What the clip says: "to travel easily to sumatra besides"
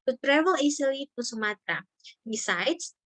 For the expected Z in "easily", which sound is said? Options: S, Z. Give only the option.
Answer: S